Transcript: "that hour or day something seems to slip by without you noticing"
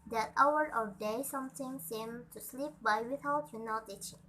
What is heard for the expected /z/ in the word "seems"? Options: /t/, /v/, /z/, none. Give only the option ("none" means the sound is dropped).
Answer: none